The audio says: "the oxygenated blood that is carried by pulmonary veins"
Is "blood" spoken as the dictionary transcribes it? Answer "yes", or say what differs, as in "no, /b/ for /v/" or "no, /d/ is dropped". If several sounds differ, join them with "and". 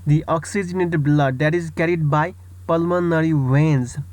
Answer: yes